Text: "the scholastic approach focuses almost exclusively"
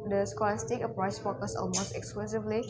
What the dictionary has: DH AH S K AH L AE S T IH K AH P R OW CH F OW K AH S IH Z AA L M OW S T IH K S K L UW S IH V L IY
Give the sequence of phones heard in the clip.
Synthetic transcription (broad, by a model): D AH S K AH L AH S T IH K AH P R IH S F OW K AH S AA L M OW S T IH K S K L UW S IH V L IY